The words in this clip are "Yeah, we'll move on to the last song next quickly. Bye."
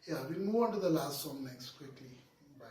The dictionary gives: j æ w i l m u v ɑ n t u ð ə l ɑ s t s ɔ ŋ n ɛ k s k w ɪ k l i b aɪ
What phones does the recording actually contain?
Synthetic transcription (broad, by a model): j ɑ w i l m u ɑ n t u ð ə l ɑ s t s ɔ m n ɛ k s k w ɪ k l i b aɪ